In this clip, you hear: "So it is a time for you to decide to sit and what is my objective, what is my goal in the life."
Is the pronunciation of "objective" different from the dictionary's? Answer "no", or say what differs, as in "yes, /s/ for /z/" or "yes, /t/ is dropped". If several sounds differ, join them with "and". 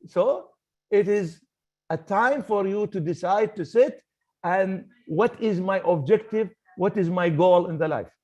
no